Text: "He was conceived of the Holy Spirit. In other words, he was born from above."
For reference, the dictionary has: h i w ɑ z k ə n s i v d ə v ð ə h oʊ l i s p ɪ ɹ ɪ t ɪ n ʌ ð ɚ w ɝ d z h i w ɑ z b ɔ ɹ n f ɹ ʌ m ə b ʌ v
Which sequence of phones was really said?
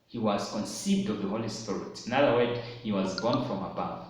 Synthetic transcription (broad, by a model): h i w ɑ z k ə n s i v d ə v ð ə h oʊ l i s p ɪ ɹ ɪ t ɪ n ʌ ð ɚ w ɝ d h i w ɑ z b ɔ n f ɹ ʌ m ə b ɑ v